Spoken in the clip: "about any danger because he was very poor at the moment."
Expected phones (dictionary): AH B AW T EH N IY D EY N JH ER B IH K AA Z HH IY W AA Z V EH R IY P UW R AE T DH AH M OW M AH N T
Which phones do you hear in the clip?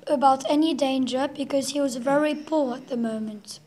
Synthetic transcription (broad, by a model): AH B AW T EH N IY D EY N JH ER B IH K AA Z HH IY W AA Z V EH R IY P UW R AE T DH AH M OW M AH N T